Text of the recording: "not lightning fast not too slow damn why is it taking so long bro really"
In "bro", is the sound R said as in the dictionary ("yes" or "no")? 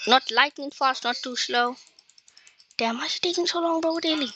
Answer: no